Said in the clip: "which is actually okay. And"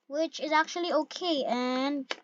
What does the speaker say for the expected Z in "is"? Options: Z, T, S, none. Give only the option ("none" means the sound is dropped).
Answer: Z